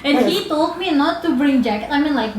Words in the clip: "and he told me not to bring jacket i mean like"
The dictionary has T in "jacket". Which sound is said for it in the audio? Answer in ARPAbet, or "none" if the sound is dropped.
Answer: none